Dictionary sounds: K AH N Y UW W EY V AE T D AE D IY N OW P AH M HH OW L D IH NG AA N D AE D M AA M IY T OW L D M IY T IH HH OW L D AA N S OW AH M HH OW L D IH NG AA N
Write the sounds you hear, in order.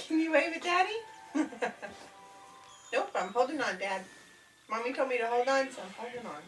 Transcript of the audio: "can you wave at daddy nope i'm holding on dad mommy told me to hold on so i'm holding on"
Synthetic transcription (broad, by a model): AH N Y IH W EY W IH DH D AE D IY N OW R AH M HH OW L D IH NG AA N D AE D M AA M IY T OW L M IY T IH HH OW L D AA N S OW AH M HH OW L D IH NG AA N